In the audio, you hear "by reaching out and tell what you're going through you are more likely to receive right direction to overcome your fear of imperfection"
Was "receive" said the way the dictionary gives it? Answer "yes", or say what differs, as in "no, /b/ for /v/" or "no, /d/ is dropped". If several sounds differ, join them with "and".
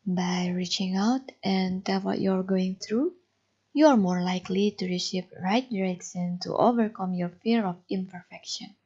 no, /p/ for /v/